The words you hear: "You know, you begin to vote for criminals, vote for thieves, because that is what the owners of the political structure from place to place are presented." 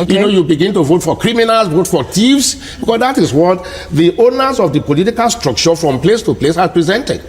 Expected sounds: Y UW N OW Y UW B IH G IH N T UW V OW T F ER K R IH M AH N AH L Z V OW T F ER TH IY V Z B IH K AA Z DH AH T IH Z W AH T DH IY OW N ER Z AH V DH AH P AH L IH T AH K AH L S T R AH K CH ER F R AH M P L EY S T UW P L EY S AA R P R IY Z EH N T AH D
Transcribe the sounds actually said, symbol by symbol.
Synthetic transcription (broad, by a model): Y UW N OW Y UW B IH G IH N T UW V OW T F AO K R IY M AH N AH L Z V OW T F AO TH IY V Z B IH K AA S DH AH T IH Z W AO T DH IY OW N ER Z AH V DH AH P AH L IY T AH K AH L S T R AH K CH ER F R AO M P L EY S T UW P L EY S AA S P R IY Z EH N T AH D